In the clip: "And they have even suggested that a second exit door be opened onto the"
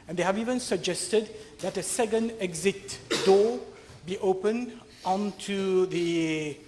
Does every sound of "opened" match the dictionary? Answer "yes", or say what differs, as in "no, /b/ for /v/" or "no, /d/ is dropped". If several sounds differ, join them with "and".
no, /d/ is dropped